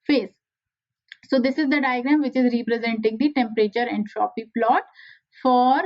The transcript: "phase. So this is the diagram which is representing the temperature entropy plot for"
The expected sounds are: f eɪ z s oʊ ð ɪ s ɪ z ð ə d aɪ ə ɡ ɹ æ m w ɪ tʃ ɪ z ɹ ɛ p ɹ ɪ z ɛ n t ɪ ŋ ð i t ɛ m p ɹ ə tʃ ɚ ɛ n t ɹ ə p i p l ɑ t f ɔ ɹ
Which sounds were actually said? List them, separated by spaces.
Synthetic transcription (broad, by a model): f eɪ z s oʊ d ɪ s ɪ z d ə d aɪ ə ɡ ɹ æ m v ɪ tʃ ɪ z ɹ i p ɹ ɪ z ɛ n t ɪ ŋ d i t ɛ m p ɹ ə tʃ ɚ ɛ n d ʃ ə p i p l ɑ t f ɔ ɹ